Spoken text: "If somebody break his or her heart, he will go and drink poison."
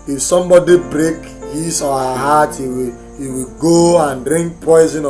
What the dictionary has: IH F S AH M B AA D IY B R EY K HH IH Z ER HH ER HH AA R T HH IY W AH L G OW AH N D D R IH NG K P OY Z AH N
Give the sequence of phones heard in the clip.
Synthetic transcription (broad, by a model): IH F S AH M B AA D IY B R EY K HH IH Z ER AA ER HH AA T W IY W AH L G OW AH N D D R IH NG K P OY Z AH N